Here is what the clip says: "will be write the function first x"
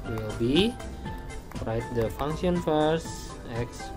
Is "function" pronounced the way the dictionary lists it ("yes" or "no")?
no